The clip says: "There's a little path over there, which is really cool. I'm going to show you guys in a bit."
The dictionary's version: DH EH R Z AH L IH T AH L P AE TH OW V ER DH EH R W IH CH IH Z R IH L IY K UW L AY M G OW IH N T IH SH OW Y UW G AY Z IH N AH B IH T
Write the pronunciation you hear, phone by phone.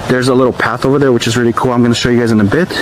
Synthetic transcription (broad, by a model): DH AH R Z AH L IH T L P AE TH OW V ER DH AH R W IH CH IH Z R IH L IY K UW L AY M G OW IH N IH SH OW Y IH G AY Z IH N AH B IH T